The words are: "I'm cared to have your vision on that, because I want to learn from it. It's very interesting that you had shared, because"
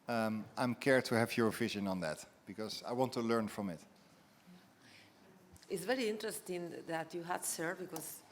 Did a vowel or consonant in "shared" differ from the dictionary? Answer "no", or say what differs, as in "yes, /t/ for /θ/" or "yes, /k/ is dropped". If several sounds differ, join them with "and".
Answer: yes, /s/ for /ʃ/